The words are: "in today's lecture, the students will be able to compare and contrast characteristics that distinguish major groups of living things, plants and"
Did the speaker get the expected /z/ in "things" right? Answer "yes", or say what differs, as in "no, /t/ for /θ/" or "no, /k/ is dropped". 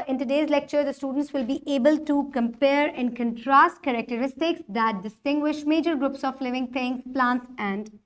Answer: no, /z/ is dropped